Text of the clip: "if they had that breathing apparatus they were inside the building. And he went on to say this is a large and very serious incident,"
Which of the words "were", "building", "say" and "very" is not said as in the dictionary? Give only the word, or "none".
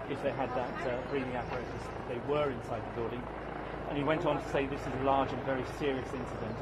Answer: building